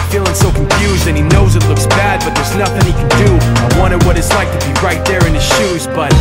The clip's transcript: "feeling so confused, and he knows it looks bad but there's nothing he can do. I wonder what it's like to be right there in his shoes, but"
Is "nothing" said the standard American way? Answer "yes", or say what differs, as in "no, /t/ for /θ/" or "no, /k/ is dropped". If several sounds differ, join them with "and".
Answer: yes